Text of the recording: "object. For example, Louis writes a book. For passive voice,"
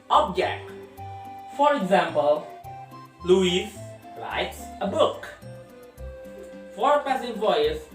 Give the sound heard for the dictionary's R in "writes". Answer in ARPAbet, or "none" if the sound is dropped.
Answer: L